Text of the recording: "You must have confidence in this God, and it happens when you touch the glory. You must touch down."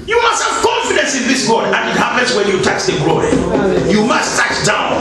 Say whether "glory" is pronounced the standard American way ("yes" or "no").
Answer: no